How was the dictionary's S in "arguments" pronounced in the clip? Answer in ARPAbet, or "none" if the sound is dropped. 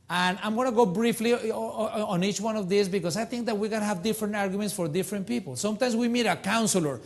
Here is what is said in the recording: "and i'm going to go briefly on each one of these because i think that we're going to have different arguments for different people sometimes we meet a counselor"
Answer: S